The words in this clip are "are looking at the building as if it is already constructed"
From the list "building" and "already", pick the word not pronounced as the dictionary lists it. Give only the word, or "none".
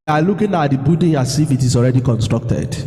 building